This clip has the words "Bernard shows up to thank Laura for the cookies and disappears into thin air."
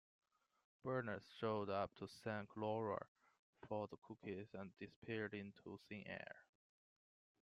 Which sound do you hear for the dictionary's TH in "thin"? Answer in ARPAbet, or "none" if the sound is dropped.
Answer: S